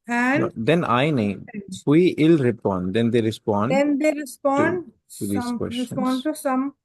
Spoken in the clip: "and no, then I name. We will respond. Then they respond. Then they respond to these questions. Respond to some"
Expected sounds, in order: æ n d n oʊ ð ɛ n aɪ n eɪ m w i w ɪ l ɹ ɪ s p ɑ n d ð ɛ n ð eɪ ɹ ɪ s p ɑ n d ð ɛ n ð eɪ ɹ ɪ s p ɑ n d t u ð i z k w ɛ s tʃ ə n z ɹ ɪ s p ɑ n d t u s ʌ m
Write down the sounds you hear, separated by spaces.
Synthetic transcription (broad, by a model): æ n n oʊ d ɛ n aɪ n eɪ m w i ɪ l ɹ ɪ p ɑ n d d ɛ n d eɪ ɹ ɪ s p ɑ n d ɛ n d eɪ ɹ ɪ s p ɑ n d t u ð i k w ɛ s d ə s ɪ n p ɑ n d t u s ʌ m